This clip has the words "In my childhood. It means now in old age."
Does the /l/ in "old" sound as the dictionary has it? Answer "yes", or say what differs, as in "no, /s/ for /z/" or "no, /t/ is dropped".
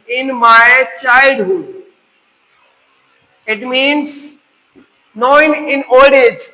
no, /n/ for /l/